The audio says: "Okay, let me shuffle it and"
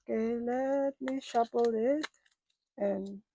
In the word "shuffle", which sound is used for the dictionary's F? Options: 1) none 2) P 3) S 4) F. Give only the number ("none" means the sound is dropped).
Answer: 2